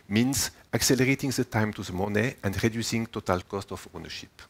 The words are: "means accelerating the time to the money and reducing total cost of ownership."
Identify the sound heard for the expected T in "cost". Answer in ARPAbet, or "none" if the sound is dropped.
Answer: T